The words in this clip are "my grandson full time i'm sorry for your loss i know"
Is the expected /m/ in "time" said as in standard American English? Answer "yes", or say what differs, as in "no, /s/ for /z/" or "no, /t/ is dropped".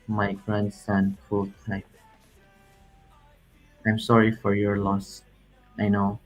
no, /m/ is dropped